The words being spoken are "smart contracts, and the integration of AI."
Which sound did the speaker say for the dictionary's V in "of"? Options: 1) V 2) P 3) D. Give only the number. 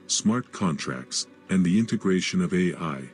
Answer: 1